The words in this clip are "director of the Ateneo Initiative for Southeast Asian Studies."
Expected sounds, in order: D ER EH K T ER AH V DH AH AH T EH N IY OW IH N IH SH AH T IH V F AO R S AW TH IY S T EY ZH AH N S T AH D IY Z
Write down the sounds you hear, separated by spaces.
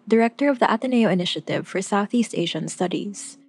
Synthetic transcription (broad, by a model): D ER EH K T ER AH V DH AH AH T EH N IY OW IH N IH SH AH T IH V F AO R S AW TH IY S T EY ZH AH N S T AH D IY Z